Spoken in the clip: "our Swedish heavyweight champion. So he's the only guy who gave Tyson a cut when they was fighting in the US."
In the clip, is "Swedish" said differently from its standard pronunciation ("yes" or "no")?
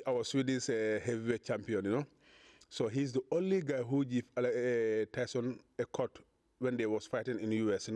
yes